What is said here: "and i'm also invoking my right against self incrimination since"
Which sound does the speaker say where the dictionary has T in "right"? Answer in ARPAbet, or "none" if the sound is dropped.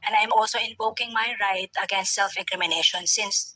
T